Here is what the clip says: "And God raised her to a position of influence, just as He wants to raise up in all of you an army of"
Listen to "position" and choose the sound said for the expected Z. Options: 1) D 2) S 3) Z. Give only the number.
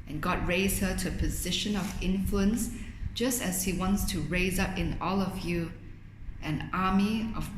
3